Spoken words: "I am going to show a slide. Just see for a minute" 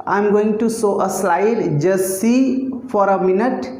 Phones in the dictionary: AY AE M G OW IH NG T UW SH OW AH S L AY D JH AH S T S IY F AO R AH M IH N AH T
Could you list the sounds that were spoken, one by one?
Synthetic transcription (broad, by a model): AY M G OW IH NG T UW S OW AH S L AY D JH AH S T S IY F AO R AH M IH N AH T